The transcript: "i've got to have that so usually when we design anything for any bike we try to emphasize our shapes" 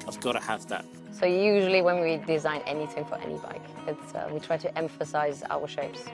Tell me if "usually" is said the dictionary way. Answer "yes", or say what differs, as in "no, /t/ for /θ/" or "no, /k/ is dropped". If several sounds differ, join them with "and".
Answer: yes